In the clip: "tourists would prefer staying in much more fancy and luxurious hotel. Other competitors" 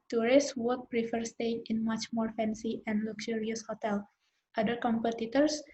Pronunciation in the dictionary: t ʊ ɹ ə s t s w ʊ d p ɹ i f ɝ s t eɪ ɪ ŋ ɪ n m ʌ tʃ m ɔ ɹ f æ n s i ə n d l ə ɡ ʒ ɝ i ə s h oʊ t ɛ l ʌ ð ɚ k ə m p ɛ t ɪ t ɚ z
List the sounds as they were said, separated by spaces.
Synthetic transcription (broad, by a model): t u ɹ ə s s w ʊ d p ɹ i f ɝ s t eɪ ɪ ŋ ɪ n m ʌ tʃ m ɔ ɹ f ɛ n s i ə n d l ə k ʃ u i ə s h oʊ t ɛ l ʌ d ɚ k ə m p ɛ t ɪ t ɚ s